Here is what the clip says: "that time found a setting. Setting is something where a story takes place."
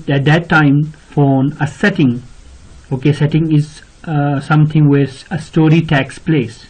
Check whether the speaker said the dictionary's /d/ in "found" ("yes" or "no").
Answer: no